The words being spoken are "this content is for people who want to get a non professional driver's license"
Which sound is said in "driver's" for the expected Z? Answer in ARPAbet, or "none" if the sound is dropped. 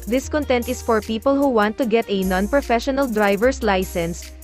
S